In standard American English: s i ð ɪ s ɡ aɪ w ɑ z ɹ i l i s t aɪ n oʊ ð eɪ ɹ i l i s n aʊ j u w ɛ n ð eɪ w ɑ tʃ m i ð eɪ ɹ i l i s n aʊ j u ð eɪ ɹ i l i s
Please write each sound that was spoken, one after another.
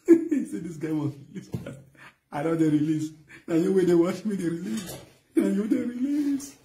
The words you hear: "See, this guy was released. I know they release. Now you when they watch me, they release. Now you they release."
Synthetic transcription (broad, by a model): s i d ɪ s ɡ aɪ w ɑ s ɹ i l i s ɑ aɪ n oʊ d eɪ ɹ i l i s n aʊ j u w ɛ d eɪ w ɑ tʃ m i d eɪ ɹ i l i s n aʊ j u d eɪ ɹ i l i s